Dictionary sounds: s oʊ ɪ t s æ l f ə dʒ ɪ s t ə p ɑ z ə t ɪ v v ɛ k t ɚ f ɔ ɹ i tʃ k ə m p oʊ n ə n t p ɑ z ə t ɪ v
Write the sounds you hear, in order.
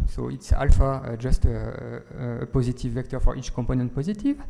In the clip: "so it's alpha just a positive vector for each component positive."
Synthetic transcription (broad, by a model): s oʊ ɪ t s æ l f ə dʒ ɪ s t ə p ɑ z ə t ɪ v v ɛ k t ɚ f ɔ ɹ i tʃ k ə m p oʊ n ə n t p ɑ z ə t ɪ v